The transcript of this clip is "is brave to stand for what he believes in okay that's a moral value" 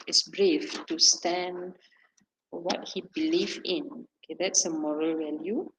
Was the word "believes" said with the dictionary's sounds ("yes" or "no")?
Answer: no